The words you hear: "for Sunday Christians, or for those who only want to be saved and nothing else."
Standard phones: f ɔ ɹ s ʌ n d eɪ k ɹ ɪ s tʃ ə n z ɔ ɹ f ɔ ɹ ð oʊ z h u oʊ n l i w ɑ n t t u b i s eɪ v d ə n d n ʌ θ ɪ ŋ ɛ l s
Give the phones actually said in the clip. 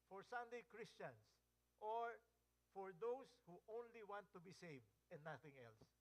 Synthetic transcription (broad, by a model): f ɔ ɹ s ʌ n d eɪ k ɹ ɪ s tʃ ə n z ɔ ɹ f ɔ ɹ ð oʊ s h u oʊ n l i w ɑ n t t u b i s eɪ v d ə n n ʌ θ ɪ ŋ ɛ l s